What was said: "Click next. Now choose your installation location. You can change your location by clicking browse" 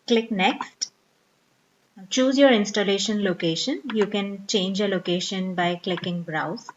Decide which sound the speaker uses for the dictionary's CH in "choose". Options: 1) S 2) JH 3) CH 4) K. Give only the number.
3